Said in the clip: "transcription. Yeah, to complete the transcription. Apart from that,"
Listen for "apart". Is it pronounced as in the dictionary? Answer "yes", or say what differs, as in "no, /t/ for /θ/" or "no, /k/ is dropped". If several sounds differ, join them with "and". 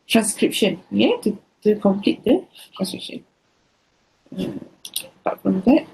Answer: no, /b/ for /p/